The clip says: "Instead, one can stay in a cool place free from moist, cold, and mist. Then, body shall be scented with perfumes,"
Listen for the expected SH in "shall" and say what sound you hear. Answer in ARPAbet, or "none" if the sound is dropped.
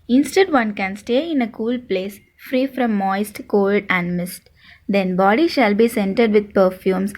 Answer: SH